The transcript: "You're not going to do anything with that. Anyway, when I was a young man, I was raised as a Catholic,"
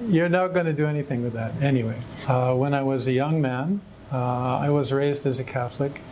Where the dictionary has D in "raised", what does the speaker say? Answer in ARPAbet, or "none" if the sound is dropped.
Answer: D